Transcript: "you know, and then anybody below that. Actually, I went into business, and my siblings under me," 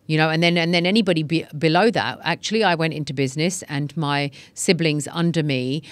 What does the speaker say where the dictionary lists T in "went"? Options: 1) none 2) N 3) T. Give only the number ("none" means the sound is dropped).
3